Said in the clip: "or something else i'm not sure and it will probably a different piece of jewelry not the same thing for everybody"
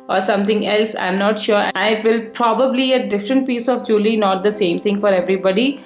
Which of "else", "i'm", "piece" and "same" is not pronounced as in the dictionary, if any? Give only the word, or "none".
none